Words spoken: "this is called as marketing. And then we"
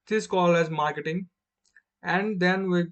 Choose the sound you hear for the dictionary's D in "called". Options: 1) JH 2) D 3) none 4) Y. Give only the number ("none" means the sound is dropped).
3